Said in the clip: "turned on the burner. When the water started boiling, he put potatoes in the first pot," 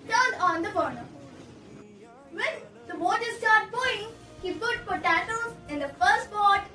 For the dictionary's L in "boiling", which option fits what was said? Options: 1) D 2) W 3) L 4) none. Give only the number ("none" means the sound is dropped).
4